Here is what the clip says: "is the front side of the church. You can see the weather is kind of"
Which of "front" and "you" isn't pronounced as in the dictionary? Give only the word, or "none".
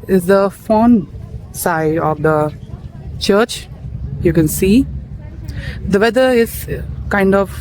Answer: front